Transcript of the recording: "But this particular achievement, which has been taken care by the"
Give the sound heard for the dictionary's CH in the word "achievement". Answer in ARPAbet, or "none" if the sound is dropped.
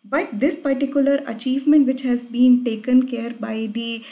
CH